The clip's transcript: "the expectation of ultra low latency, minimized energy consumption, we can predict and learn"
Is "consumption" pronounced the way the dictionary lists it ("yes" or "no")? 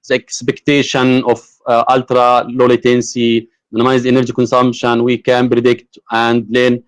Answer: no